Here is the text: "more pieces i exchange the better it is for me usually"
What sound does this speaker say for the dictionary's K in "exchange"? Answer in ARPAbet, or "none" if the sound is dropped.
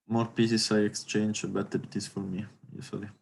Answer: K